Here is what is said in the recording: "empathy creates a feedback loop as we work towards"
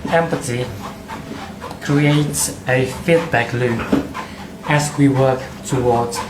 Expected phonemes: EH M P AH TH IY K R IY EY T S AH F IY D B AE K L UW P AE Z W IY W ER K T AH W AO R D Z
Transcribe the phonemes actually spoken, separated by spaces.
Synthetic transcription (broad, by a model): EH M P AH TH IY K R IY EY T S AH F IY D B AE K L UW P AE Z W IY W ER K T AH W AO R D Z